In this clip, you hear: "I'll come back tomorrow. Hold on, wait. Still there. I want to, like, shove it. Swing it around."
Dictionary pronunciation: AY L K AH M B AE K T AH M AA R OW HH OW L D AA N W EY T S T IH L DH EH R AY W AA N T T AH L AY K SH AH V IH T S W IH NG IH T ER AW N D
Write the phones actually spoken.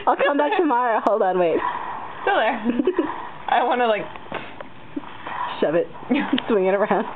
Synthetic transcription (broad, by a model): AY L K AH M B AE K T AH M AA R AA HH OW L D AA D W EY T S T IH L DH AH R AY W AA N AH L AY K SH AH V IH T S W IH NG IH T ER AW N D